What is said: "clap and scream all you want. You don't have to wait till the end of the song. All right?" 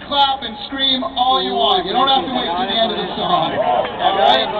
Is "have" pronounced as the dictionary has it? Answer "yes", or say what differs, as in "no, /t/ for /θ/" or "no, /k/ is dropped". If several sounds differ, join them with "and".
no, /f/ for /v/